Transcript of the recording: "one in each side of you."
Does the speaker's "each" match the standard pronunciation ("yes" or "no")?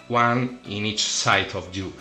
yes